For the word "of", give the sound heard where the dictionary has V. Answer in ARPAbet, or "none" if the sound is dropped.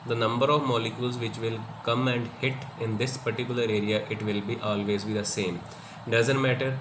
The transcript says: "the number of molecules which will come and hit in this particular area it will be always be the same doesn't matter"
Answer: V